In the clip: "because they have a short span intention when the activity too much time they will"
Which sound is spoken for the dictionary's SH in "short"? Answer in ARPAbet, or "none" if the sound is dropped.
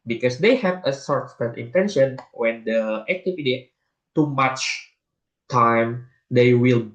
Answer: S